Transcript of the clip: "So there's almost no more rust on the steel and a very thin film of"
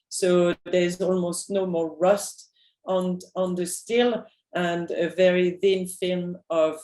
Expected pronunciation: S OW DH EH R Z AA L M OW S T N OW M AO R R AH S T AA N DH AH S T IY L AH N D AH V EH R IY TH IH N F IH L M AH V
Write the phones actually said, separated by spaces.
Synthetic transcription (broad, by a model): S OW DH EH R Z AA L M OW S T N OW M AO R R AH S T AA N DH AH S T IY L AH N D AH V EH R IY TH IH N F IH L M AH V